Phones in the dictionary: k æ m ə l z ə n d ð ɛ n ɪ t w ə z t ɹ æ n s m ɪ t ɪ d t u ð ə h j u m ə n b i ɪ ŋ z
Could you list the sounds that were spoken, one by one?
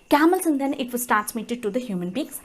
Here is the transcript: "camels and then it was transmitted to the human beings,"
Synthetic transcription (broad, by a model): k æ m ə l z ə n d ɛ n ɪ t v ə s t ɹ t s m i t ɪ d t u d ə h j u m ə n b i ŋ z